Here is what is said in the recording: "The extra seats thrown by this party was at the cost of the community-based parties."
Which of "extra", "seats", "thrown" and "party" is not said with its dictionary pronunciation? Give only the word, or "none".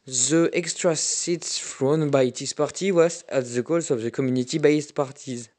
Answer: thrown